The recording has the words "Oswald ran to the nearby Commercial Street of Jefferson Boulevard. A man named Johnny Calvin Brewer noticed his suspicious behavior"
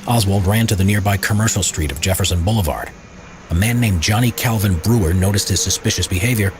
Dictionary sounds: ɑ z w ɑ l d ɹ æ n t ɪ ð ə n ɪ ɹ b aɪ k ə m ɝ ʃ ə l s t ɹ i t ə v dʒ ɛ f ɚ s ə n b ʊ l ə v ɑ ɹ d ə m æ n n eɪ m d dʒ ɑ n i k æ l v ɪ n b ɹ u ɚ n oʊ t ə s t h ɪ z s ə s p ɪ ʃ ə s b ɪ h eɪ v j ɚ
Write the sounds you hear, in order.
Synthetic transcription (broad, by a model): ɑ z w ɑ l d ɹ æ n t ɪ ð ə n ɪ ɹ b aɪ k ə m ɝ ʃ l s t ɹ i t ə v dʒ ɛ f ɚ s ə n b ʊ l ə v ɑ ɹ d ə m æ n n eɪ m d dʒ ɑ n i k æ l v ɪ n b ɹ u ɚ n oʊ t ə s t h ɪ z s ə s p ɪ ʃ ə s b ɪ h eɪ v j ɚ